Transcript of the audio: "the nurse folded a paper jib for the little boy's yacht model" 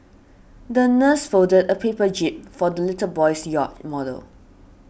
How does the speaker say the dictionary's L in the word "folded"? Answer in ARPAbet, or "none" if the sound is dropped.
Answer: none